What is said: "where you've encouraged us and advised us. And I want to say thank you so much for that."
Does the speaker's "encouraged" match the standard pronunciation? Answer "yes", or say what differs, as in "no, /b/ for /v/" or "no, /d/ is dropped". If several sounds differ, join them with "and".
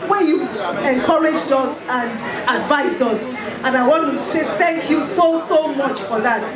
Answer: yes